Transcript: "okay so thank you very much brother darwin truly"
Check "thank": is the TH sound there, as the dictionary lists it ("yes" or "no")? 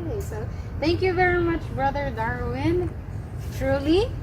yes